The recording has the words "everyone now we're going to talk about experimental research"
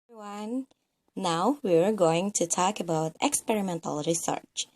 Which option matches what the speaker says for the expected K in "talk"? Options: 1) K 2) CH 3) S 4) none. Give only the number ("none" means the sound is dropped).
1